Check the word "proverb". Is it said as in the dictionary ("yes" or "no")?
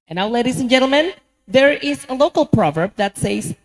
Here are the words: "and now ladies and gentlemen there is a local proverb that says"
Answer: yes